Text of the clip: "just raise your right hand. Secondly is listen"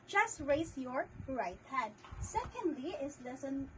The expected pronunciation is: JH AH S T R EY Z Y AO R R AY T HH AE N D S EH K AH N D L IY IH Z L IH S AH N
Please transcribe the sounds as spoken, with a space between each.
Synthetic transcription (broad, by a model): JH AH S T R EY S Y AO R R AY T HH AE D S EH K AH N D L IY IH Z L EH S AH N